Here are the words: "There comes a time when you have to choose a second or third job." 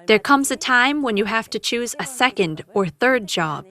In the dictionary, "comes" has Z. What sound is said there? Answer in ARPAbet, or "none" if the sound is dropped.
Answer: Z